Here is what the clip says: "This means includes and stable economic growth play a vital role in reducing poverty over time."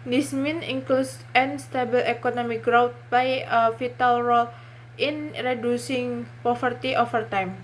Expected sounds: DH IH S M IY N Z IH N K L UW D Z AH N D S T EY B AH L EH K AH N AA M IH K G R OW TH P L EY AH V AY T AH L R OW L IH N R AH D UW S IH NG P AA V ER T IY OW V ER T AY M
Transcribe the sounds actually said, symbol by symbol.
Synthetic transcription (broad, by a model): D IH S M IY N IH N K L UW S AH N S T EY B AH L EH K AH N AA M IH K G R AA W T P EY AH F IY T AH L R OW L IH N R AH D UW S IH NG P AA F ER T IY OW F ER T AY M